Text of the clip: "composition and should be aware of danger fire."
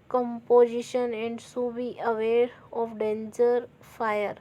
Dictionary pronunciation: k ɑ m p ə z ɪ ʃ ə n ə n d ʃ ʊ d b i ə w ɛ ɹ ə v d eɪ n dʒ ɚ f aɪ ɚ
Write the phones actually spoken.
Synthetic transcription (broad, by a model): k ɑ m p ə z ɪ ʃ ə n ə n d s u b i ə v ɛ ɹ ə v d eɪ n dʒ ɚ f aɪ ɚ